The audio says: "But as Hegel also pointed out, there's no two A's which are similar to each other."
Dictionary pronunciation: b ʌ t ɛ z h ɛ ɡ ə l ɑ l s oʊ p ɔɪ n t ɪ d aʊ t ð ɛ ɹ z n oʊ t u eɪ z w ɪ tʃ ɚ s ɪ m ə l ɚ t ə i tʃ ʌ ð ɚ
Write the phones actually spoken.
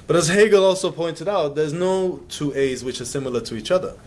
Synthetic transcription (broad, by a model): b ʌ t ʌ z h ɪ ɡ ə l ɑ l s oʊ p ɔɪ n t ɪ d aʊ t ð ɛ ɹ z n oʊ t u eɪ z w ɪ tʃ ɚ s ɪ m l ɚ t ə i tʃ ʌ ð ɚ